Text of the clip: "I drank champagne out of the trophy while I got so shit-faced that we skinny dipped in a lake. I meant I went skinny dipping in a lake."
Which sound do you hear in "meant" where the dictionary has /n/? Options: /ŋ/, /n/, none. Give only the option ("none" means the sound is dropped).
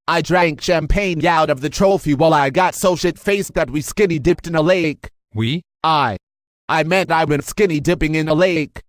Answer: /n/